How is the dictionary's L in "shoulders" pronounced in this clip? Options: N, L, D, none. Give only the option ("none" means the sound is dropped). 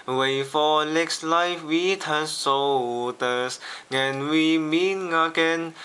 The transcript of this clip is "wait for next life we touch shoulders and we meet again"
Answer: none